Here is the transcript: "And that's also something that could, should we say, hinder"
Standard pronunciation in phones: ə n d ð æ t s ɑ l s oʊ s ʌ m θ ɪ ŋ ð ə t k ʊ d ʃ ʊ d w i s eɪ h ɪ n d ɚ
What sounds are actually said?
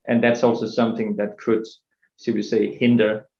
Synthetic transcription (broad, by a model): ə n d ð æ t s ɑ l s oʊ s ʌ m θ ɪ ŋ ð ə t k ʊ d s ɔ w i s eɪ h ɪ n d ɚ